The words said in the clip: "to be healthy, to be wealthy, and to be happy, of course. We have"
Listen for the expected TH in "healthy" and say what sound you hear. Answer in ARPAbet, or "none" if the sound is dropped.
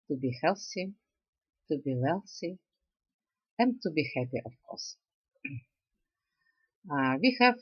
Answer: S